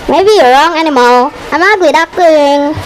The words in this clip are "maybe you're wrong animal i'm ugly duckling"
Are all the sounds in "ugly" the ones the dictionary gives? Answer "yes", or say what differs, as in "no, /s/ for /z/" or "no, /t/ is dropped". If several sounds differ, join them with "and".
no, /l/ is dropped